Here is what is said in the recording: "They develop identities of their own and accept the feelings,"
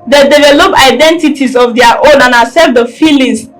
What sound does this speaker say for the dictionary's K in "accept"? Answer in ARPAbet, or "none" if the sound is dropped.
none